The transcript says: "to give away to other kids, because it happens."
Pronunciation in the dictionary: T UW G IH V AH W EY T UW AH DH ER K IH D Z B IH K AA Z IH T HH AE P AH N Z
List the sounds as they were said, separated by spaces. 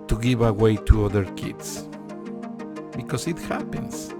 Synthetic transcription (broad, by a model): T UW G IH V AH W EY T UW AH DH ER K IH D S B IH K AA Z IH T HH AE P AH N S